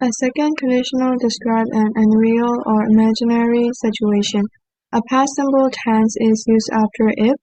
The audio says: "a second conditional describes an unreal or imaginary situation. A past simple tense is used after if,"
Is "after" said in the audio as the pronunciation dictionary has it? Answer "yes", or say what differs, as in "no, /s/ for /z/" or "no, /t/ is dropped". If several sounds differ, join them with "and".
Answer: yes